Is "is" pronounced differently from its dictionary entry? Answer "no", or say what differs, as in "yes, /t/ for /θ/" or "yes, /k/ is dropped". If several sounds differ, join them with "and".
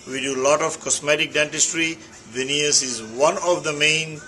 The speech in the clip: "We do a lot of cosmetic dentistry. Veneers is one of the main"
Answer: no